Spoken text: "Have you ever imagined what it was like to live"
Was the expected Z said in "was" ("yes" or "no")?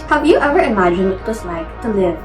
no